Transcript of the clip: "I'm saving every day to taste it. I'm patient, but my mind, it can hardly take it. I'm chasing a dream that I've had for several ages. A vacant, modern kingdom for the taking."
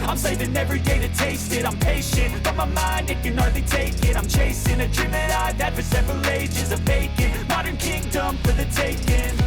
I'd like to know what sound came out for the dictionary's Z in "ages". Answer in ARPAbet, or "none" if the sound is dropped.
Z